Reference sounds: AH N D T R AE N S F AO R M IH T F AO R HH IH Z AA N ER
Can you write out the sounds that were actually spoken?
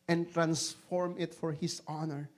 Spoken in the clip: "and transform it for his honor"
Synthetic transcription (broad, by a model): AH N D T R AE N S F AO R M IH T F AO R HH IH S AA N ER